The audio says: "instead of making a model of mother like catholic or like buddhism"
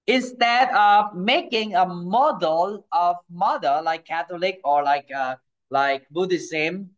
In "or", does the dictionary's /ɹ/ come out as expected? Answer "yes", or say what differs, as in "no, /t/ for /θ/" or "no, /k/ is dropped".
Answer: no, /l/ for /ɹ/